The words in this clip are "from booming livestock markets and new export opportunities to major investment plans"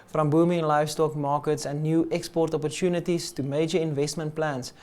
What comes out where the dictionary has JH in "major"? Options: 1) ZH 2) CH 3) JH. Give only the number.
3